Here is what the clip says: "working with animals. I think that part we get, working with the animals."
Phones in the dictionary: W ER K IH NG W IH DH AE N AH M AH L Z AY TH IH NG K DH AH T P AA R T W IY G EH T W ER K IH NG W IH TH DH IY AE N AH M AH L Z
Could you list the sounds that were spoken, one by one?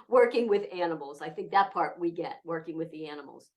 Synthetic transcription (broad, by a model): W ER K IH NG W IH DH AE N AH M L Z AY TH IH NG K DH AH T P AA R T W IY G EH T W ER K IH NG W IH DH IY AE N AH M L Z